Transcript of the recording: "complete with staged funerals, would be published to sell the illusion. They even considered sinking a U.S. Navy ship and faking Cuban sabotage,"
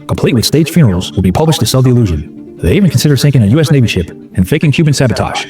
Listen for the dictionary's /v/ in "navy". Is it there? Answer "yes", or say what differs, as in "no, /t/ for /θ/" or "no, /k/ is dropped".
no, /b/ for /v/